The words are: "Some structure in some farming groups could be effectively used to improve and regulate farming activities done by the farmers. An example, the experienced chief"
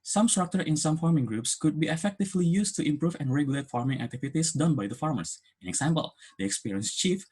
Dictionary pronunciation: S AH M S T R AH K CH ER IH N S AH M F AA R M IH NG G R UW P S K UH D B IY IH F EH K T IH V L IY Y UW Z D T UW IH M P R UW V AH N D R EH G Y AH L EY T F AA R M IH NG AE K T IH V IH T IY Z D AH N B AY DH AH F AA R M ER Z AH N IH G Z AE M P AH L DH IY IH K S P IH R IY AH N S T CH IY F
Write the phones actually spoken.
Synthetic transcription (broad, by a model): S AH M S T R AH K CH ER IH N S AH M F AA R M IH NG G R UW P S K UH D B IY IH F EH K T IH V L IY Y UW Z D T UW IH M P R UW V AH N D R EH G Y AH L EY T F AA R M IH NG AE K T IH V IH T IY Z D AH N B AY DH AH F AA R M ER S AH N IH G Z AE M P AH L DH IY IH K S P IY R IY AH N S CH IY F